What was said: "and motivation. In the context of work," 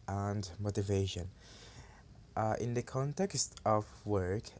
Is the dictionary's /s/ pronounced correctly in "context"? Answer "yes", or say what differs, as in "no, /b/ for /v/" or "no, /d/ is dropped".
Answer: yes